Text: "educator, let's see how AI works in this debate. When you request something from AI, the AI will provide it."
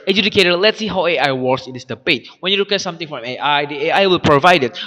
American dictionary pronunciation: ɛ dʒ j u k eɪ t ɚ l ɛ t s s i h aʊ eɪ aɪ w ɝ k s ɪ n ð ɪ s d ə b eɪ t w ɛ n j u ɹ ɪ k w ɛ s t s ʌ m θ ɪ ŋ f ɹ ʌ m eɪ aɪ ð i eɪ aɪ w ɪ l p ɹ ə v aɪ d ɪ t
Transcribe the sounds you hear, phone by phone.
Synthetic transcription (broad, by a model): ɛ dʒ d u k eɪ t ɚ l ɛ t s s i h aʊ eɪ aɪ w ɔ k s ɪ n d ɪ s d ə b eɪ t w ɛ n j u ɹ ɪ k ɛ t s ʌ m t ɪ ŋ f ɹ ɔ m eɪ aɪ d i eɪ aɪ w ɪ l p ɹ ə v aɪ d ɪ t